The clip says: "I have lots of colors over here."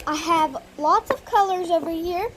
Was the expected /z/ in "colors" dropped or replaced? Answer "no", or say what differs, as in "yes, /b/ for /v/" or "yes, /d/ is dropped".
no